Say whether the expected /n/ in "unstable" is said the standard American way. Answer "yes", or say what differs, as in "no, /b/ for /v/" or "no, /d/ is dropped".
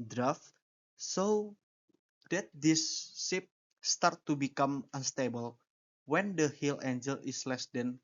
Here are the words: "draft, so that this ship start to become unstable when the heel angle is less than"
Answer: yes